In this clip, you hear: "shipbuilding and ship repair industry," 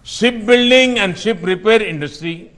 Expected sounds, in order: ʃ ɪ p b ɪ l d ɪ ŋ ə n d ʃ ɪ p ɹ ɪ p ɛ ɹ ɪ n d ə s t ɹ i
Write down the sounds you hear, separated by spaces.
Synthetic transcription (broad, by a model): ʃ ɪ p b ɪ l d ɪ ŋ ə n d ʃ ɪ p ɹ ɪ p ɛ ɹ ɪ n d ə s t ɹ i